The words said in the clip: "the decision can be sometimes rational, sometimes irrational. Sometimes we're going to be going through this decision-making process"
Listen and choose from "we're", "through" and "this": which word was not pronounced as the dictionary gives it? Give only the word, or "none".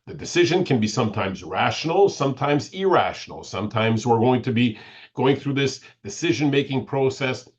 none